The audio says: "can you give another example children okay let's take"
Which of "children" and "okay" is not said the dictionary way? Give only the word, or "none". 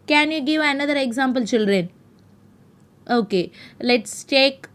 none